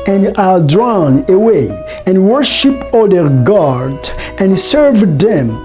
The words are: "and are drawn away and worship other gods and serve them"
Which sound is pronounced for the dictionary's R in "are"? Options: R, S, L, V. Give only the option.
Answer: L